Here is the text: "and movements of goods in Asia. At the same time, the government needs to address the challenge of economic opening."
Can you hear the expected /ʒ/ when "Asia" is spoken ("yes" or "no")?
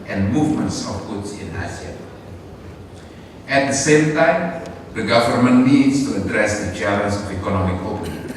no